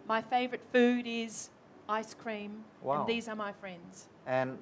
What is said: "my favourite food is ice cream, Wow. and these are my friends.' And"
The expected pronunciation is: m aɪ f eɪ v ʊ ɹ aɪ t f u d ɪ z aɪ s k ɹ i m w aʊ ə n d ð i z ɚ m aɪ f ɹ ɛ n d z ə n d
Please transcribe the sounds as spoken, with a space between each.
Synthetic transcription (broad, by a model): m aɪ f eɪ v ɹ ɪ t f u d ɪ z aɪ s k ɹ i m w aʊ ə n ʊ ð i z ɚ m aɪ f ɹ ɛ n d z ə n